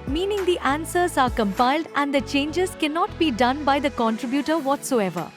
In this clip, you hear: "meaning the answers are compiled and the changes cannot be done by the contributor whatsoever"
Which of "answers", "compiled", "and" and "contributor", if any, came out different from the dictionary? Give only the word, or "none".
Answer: none